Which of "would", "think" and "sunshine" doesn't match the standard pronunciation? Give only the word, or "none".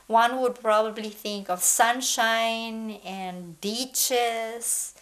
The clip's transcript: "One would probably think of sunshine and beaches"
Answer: none